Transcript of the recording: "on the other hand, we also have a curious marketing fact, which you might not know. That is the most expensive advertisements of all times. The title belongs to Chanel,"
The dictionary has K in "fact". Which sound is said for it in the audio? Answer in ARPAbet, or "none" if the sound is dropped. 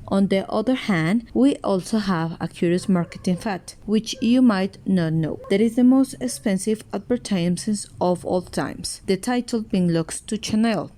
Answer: none